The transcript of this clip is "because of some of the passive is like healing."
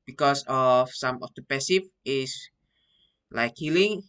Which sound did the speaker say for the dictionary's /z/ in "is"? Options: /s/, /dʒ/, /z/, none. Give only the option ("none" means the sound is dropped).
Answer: /s/